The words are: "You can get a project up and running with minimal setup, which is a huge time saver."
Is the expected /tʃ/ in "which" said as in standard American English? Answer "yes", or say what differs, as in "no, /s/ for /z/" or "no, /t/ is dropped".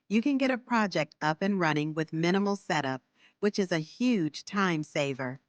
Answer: yes